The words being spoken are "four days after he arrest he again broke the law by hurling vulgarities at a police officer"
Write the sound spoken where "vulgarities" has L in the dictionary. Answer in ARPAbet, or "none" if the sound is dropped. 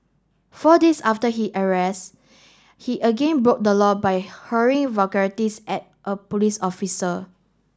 none